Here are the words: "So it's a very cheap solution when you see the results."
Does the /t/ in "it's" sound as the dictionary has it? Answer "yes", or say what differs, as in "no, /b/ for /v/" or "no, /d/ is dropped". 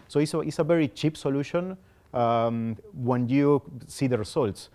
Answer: no, /s/ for /t/